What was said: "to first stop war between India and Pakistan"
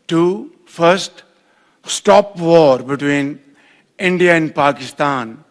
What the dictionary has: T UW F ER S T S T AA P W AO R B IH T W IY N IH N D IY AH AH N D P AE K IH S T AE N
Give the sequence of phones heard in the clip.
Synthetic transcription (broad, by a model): T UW F ER S T S T AA P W AO R B IH T W IY N IH N D IY AH AH N D P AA K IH S T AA N